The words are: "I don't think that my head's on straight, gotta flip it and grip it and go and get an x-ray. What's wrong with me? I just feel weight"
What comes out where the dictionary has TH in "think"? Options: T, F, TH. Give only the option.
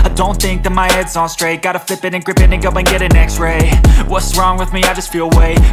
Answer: TH